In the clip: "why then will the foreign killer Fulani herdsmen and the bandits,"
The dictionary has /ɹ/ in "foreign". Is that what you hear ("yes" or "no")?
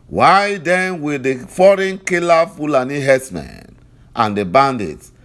yes